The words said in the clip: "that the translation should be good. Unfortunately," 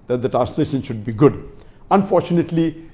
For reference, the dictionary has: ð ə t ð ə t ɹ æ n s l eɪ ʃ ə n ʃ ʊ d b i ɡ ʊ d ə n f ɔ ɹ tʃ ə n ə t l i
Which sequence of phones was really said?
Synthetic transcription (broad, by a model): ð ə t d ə t æ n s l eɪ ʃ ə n ʃ ʊ d b i ɡ ʊ d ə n f ɔ ɹ tʃ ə n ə t l i